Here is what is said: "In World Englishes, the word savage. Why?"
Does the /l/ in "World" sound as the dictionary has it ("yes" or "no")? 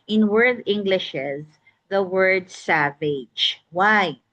no